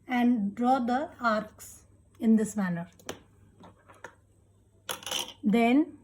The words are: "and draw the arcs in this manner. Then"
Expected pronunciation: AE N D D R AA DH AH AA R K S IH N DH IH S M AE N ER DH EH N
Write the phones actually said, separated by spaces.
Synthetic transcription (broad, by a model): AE N D D R AA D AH AA R K S IH N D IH S M AE N ER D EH N